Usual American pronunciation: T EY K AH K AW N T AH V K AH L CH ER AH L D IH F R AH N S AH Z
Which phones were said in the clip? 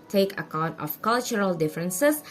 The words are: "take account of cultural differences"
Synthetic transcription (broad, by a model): T EY K AH K AW N T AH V K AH L CH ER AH L D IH F R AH N S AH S